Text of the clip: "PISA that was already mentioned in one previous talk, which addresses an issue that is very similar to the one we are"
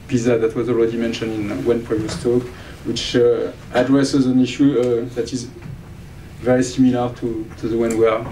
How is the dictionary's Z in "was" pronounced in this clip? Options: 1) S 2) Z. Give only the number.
2